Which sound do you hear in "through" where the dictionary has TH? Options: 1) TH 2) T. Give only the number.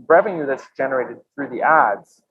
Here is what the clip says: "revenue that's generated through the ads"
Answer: 1